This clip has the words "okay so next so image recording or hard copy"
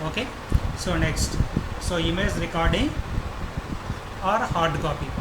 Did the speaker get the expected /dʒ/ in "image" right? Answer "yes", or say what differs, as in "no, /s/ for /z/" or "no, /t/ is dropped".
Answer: no, /z/ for /dʒ/